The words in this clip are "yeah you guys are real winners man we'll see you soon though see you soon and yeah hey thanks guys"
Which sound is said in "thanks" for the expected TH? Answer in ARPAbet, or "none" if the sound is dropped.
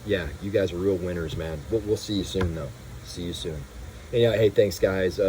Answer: TH